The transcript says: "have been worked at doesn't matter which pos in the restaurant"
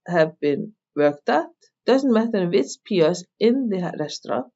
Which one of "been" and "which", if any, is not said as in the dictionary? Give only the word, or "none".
which